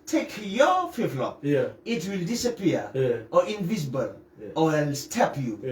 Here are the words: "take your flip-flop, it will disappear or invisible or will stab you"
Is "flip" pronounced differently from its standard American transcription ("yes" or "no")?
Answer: yes